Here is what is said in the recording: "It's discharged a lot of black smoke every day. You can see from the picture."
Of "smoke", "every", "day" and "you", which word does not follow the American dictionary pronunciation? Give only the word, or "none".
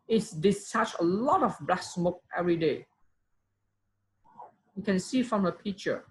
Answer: none